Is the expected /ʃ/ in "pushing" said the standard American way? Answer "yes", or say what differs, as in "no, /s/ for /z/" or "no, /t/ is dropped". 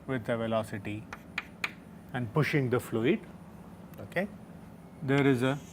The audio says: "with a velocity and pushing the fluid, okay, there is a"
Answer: yes